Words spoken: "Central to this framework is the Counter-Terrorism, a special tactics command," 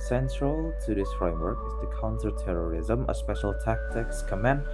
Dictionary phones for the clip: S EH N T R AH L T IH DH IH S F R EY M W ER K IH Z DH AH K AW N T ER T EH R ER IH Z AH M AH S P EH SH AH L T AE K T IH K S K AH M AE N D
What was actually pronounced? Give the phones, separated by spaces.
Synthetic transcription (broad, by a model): S EH N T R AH L T IH DH IH S F R EY M W ER K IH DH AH K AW N S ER T EH R ER IH Z AH M AH S P EH SH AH L T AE K T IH K S K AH M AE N